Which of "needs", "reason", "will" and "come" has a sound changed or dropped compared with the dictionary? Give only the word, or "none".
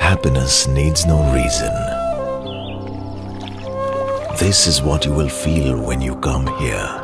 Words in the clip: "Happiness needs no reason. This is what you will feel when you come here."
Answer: none